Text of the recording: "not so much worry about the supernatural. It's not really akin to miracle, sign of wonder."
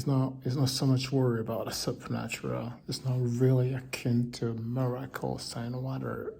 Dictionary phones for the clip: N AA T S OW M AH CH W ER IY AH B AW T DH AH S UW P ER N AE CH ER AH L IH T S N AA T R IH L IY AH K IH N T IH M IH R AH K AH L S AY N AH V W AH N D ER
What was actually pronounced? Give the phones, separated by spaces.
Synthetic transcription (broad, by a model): N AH T S OW M AH CH W ER IY AH B AW T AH S UW P ER N AE CH ER AH L IH T S N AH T R IH L IY AH K IH N T IH M IH R AH K AH L S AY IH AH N W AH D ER